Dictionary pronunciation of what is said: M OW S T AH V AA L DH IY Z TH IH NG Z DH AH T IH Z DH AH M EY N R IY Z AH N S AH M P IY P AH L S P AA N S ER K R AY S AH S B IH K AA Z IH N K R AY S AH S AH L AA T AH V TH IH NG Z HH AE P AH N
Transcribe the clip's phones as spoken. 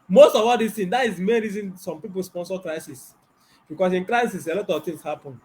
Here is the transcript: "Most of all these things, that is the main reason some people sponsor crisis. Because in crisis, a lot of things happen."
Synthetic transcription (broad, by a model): M OW S T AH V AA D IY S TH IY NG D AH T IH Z M EY N R IY Z AH N S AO M P IY P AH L S P AA N S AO K R AY S AH S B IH K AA S IH N K R AY S AH S AH L AA T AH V T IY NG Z HH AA P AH N